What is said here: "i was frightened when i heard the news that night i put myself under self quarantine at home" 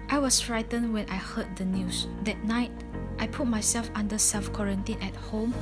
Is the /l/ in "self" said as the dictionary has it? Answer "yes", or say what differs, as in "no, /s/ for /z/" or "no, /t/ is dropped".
no, /l/ is dropped